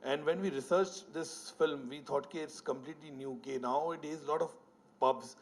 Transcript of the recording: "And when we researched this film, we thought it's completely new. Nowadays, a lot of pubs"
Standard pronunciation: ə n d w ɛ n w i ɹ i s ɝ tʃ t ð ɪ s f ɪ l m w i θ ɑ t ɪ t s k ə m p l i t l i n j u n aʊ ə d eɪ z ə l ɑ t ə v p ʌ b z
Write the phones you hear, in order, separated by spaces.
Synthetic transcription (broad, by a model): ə n d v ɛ n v i ɹ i s ɝ tʃ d ɪ s f ɪ l m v i t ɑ t ɪ t s k ə m p l i t l i n j u n aʊ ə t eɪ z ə l ɑ t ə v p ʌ b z